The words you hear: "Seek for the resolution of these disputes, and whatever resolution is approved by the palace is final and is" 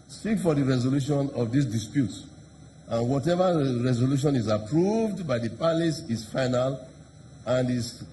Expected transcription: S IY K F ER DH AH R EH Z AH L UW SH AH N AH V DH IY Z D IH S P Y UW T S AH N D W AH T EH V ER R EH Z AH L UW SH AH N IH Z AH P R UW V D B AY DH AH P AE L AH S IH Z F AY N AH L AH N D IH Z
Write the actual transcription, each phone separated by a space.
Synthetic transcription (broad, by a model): S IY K F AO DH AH R EH Z AH L UW SH AH N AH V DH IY S D IH S P Y UW T S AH N W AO T EH V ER R EH Z AH L UW SH AH N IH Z AH P R UW V D B AY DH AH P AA L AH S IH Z F AY N AH L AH N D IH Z